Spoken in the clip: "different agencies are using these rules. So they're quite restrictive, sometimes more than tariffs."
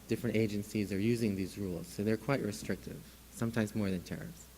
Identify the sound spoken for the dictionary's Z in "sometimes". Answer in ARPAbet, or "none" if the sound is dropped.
Z